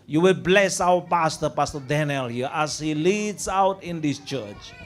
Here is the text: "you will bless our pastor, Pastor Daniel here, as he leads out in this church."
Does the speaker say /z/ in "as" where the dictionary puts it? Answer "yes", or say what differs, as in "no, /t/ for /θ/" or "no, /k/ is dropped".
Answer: no, /s/ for /z/